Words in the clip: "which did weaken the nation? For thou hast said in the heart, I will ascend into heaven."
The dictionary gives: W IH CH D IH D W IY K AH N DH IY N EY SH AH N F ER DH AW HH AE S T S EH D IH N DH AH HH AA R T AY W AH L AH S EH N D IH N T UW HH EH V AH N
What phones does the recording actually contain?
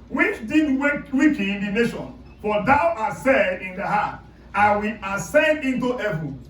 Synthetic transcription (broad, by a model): W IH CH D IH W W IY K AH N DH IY N EY SH AH N F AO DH AW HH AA T S EH D IH N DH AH HH AA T AY W AH L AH S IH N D IH N T UW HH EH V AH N